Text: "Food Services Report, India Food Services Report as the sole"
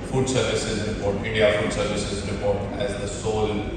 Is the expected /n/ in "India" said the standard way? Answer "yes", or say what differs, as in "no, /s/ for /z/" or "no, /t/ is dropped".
no, /n/ is dropped